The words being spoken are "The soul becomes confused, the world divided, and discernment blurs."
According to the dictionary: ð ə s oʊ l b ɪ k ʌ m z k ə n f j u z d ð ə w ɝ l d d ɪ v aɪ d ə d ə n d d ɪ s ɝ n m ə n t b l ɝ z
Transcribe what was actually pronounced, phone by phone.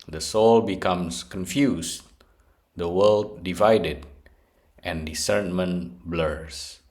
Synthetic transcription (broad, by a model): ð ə s oʊ l b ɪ k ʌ m s k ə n f j u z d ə w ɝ l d d ɪ v aɪ d ə d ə n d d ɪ s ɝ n m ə n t b l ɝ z